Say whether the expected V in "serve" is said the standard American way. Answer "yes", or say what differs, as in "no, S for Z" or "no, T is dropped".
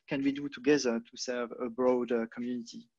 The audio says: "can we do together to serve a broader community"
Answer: yes